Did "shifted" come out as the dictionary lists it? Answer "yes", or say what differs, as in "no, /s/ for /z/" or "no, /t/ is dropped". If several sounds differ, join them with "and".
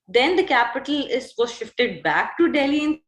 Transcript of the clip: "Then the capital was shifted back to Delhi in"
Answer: yes